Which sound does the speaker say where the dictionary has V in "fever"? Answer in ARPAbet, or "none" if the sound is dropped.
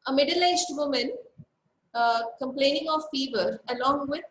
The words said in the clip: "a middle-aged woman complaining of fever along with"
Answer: V